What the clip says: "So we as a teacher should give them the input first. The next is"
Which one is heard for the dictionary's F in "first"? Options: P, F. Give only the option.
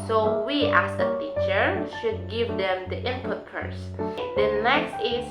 P